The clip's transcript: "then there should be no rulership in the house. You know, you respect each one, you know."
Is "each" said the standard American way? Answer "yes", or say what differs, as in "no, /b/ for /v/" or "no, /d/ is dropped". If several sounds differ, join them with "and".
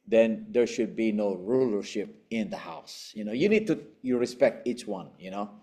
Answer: yes